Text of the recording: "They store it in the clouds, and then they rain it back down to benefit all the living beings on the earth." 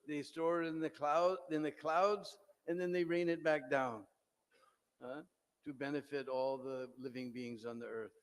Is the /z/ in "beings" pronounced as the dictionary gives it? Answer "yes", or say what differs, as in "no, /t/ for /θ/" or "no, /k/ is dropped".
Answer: yes